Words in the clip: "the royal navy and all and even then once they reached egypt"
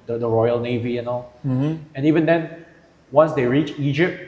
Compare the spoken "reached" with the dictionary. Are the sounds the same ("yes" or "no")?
no